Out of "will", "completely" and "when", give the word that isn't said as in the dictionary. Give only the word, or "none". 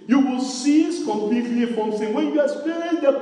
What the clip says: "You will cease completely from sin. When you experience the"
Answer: none